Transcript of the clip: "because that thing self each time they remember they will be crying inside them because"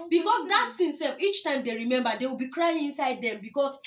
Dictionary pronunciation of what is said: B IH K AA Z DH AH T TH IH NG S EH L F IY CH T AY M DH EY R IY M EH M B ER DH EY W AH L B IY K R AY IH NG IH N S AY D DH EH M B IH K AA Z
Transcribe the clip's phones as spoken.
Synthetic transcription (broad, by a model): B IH K AA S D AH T S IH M S EH L F IY CH T AY M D EY R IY M EH M B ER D EY W AH L B IY K R AY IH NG IH N S AY D EH M B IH K AA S